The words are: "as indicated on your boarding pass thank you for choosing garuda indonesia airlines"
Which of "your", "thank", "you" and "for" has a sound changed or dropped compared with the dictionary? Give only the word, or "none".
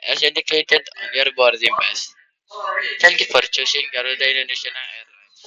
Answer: thank